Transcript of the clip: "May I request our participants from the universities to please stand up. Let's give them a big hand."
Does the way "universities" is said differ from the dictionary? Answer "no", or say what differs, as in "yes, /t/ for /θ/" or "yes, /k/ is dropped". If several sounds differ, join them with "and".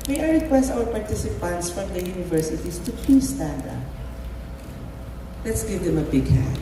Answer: yes, /s/ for /z/